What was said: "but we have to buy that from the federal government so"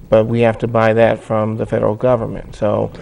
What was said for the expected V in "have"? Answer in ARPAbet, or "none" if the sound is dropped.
F